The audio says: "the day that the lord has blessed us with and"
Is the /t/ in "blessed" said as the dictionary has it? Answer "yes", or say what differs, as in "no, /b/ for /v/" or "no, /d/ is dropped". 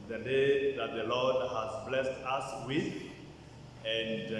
yes